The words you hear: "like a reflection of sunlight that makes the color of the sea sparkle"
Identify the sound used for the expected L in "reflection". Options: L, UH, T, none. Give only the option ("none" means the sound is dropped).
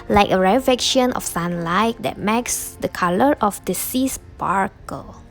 none